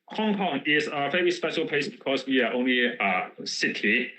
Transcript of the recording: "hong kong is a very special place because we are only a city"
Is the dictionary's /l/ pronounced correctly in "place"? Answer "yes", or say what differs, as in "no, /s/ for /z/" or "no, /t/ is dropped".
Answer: no, /l/ is dropped